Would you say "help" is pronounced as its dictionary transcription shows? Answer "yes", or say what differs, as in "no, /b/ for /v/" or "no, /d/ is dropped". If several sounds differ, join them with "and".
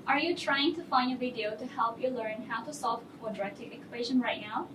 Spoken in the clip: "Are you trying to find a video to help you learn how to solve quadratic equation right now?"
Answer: yes